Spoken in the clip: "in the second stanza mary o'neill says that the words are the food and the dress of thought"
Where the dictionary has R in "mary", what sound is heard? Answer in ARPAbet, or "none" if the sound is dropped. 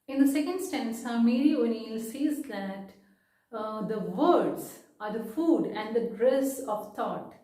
L